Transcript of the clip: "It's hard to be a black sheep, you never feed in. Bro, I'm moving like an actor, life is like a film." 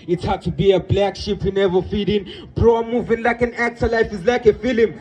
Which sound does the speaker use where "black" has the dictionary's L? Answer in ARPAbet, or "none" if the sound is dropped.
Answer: L